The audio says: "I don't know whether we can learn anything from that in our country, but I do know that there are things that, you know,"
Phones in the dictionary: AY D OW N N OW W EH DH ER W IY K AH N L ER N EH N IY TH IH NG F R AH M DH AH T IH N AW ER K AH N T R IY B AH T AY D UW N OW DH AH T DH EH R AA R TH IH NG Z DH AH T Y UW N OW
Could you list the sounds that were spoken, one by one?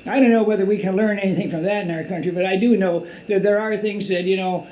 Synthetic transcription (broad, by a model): AY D OW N N OW W EH DH ER W IY K AH N L ER N EH N IY TH IH NG F R AH M DH AH T IH N AW ER K AH N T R IY B AH T AY D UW N OW DH AH T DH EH R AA R TH IH NG Z DH AH T Y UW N OW